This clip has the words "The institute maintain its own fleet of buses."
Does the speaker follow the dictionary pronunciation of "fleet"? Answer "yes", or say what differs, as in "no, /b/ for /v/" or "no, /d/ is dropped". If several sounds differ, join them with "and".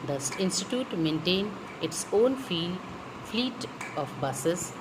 yes